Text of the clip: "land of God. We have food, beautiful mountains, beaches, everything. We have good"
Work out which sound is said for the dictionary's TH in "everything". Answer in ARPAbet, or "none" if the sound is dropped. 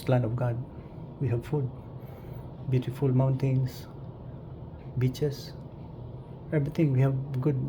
T